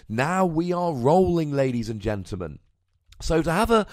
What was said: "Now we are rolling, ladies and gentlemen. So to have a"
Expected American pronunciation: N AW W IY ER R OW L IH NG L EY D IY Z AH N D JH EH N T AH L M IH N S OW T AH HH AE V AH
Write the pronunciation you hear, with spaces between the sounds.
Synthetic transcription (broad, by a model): N AW W IY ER R OW L IH NG L EY D IY Z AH N JH EH N T L M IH N S OW T AH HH V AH